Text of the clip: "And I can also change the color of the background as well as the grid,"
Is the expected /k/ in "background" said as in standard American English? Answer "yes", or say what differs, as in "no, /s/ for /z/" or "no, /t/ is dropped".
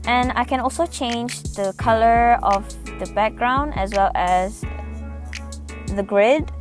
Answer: yes